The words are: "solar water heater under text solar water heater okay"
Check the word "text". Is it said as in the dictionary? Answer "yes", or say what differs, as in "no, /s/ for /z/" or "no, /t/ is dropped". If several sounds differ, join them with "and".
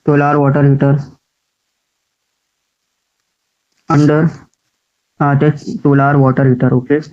no, /k/ is dropped